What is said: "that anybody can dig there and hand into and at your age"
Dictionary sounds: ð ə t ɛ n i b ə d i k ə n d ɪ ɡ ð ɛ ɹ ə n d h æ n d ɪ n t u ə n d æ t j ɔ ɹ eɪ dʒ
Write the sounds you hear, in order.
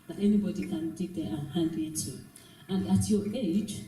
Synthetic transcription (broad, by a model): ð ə t ɛ n i b ə d i k ə n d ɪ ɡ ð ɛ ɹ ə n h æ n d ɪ t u ə n d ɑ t j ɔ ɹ eɪ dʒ